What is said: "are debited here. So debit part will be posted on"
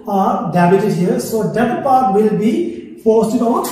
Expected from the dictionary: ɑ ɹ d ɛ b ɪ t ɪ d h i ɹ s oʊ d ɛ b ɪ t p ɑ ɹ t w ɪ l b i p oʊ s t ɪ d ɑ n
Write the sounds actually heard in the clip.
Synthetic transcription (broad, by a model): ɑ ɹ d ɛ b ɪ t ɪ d h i ɹ s oʊ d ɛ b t p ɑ ɹ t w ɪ l b i f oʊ s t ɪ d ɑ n